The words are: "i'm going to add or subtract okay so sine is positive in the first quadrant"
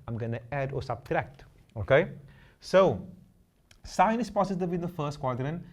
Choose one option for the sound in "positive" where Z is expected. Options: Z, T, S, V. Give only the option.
S